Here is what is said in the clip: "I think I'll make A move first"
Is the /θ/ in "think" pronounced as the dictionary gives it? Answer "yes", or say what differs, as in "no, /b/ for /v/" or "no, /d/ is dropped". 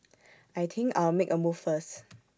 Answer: no, /t/ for /θ/